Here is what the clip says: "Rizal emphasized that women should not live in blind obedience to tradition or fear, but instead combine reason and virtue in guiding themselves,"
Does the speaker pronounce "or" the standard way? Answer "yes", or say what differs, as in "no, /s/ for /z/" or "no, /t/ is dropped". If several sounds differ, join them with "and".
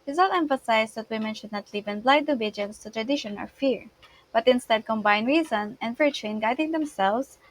no, /l/ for /ɹ/